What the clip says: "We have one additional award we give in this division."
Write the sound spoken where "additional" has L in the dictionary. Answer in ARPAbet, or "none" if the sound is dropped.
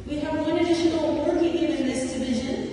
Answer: N